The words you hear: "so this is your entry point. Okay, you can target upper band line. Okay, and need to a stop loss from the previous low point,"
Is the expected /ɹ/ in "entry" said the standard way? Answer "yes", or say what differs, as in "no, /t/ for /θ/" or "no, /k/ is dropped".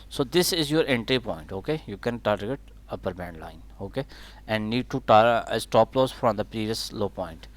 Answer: yes